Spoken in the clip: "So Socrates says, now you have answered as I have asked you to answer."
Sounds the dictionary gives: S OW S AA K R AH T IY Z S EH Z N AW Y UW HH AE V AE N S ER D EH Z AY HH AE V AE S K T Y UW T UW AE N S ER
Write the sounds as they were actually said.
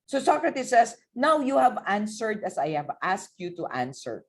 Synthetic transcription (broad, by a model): S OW S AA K R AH T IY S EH S N AW Y UW HH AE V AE N S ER D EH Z AY HH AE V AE S K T Y UW T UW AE N S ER